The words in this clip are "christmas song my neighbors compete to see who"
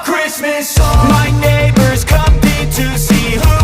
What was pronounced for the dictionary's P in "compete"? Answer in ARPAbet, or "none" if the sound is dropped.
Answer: none